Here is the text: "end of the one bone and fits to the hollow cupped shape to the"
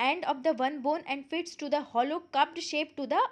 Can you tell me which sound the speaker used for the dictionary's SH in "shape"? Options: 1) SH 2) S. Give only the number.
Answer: 1